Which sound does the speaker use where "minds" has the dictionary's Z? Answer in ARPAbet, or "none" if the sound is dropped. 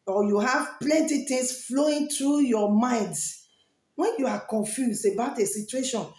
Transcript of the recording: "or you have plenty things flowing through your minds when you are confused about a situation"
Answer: none